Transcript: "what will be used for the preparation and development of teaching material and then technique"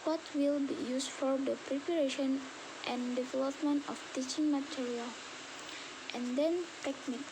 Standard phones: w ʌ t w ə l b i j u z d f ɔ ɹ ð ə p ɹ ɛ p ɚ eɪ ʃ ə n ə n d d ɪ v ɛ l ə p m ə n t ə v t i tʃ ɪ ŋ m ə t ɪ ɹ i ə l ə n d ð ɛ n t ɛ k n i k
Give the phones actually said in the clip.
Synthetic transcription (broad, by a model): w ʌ t w ə l b i j u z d f ɔ ɹ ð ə p ɹ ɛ p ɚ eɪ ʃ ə n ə n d d ɪ v ɛ l ə p m ə n t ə f t i tʃ ɪ ŋ m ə t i ɹ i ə l ə n d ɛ n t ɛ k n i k